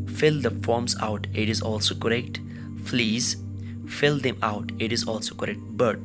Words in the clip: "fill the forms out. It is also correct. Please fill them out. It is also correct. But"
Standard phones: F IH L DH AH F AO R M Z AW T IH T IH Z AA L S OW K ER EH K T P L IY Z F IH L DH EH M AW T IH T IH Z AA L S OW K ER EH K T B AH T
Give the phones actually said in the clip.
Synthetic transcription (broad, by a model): F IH L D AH F AO R M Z AW T IH T IH Z AA L S OW K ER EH K T F L IY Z F IH L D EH M AW T IH T IH Z AA L S OW K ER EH K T B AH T